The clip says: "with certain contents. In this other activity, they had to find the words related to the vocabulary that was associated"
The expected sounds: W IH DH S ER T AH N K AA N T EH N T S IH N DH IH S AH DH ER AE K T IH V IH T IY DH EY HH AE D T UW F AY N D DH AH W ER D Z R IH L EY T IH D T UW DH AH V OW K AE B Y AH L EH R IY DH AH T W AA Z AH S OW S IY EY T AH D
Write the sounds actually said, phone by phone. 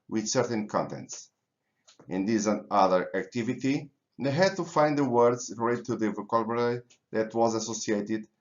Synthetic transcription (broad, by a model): W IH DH S ER T AH N K AA N T EH N T S IH N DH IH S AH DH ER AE K T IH V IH T IY DH EY HH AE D T UW F AY N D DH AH W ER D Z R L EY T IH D T UW DH AH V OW K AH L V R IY DH AH T W AA Z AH S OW S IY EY T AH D